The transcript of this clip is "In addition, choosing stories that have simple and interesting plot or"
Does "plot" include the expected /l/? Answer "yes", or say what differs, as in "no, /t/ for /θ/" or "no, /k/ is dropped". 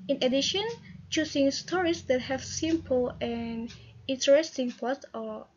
no, /l/ is dropped